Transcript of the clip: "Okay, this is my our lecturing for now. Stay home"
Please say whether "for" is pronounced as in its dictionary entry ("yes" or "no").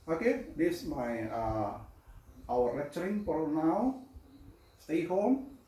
no